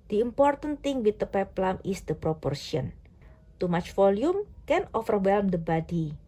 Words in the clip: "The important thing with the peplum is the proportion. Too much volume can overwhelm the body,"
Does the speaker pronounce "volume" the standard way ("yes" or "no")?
no